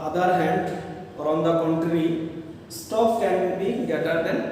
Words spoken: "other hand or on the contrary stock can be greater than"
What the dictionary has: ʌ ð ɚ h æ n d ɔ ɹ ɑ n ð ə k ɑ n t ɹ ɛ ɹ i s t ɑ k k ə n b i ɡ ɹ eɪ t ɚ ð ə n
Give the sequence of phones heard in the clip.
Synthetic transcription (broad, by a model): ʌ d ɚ h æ n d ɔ ɹ ɑ n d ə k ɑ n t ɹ ɹ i s t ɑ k k ə n b i ɡ eɪ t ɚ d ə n